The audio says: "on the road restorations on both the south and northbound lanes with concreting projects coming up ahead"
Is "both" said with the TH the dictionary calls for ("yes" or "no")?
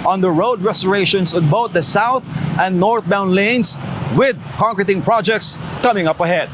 no